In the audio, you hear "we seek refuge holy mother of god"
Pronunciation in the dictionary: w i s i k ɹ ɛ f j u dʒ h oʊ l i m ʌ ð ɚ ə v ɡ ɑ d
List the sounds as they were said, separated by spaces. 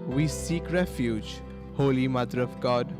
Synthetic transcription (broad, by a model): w i s i k ɹ ɛ f j u dʒ h oʊ l i m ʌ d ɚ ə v ɡ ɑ d